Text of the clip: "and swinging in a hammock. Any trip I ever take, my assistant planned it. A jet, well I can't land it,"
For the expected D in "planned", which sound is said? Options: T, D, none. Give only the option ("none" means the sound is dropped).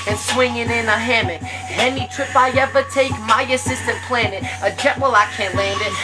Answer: none